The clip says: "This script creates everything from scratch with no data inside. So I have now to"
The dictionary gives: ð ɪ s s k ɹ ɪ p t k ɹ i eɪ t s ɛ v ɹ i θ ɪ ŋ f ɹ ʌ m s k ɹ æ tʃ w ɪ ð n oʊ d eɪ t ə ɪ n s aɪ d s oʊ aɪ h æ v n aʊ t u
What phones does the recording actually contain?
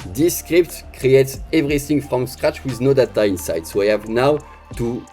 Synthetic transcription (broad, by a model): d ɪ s s k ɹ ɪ p t k ɹ i eɪ t s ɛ v ɹ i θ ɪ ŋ f ɹ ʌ m s k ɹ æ tʃ w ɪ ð n oʊ d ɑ t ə ɪ n s aɪ d s oʊ aɪ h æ v n aʊ t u